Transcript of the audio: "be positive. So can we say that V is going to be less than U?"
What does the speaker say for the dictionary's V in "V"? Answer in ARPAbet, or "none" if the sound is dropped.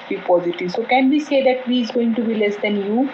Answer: V